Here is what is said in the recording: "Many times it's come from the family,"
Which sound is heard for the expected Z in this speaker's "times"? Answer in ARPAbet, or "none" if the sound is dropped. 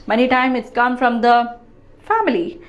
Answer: none